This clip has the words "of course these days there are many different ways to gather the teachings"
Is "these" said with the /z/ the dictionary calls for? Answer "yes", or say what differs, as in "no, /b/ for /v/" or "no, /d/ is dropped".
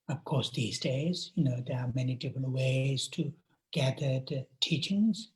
yes